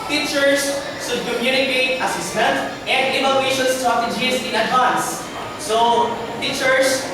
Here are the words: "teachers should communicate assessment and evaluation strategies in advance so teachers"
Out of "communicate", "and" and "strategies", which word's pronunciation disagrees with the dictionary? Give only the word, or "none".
strategies